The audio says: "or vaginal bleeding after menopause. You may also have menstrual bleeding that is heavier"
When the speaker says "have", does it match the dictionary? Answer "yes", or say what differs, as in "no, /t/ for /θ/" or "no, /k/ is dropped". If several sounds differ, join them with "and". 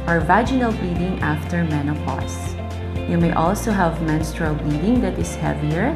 yes